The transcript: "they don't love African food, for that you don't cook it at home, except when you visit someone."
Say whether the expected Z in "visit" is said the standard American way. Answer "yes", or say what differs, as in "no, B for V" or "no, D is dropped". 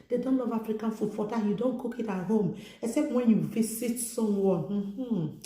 no, S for Z